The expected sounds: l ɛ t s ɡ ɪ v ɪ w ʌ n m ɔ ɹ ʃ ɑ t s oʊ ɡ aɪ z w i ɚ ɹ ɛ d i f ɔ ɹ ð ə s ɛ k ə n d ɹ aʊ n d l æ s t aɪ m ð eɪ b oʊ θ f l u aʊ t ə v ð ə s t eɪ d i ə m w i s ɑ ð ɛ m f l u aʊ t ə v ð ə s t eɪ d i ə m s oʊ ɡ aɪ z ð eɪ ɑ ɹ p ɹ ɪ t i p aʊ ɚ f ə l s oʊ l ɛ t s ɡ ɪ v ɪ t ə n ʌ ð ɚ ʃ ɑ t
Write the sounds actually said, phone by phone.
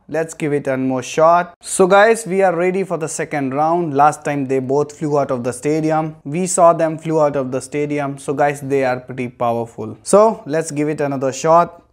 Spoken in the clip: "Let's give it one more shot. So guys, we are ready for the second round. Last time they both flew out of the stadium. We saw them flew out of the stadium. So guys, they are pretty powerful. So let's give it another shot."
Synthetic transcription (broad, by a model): l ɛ t s ɡ ɪ v ɪ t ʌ n m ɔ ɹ ʃ ɑ t s oʊ ɡ aɪ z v i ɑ ɹ ɛ d i f ɔ ɹ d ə s ɛ k ə n d ɹ aʊ n d l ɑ s t aɪ m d eɪ b oʊ t f l u aʊ t ə v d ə s t eɪ d i ə m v i s ɑ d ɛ m f l u aʊ t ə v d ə s t eɪ d i ə m s oʊ ɡ aɪ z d eɪ ɑ ɹ p ɹ ɪ t i p aʊ ɚ f ə l s oʊ l ɛ t s ɡ ɪ v ɪ t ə n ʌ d ɚ ʃ ɑ t